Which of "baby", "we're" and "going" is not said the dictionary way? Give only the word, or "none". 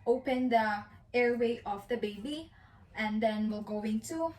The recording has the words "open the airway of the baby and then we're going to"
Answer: we're